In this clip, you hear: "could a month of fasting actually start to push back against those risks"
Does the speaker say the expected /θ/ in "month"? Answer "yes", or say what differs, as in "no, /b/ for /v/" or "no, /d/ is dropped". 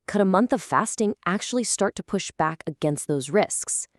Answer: yes